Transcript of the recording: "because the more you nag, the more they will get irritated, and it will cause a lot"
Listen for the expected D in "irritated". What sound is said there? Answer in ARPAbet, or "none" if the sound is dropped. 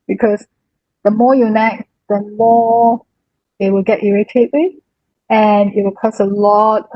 none